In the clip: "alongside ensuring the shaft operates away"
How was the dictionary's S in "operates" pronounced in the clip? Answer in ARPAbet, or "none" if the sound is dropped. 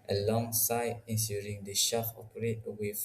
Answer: none